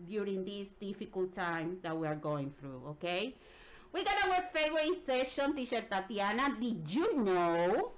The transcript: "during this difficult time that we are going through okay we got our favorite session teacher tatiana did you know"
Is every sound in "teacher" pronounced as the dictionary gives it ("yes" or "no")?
no